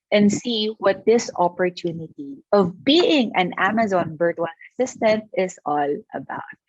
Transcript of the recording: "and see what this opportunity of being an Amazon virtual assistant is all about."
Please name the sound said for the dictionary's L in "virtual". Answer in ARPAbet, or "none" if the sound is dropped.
N